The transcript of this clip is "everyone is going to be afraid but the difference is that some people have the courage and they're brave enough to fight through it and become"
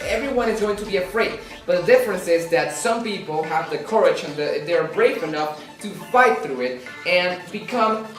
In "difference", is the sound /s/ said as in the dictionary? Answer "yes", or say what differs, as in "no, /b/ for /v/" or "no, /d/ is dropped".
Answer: yes